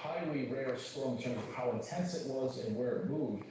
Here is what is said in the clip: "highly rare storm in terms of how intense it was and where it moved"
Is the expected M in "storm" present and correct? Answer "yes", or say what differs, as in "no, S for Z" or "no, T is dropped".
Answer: no, M is dropped